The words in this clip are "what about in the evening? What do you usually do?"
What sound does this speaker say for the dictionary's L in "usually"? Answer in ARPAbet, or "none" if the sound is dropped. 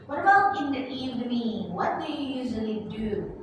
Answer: L